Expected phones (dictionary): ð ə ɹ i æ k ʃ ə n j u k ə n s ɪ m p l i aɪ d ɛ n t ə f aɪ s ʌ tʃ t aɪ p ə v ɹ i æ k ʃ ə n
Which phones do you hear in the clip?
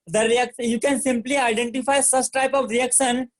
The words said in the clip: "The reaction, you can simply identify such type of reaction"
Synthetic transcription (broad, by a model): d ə ɹ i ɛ k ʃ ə j u k ə n s ɪ m p l i aɪ d ɛ n t ə f aɪ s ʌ s t aɪ p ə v ɹ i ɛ k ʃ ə n